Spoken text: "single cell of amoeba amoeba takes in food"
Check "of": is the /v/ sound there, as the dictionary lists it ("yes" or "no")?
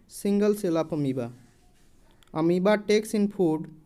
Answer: no